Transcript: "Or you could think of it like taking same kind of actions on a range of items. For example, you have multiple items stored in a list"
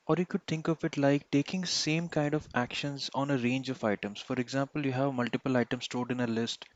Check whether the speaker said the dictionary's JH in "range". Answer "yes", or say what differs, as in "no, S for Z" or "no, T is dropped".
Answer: yes